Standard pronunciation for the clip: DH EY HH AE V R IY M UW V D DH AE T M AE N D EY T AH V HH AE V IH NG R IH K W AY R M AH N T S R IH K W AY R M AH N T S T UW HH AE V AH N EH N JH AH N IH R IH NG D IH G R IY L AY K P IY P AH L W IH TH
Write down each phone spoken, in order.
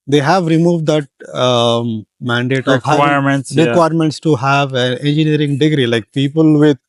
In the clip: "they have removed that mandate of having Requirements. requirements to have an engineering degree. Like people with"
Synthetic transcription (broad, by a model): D EY HH AE V R IY M UW V D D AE T M AE N D EY T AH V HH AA IH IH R M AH N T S R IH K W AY R M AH N T S T UW HH AE V AH N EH N JH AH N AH R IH NG D IH G R IY L AY K P IY P AH L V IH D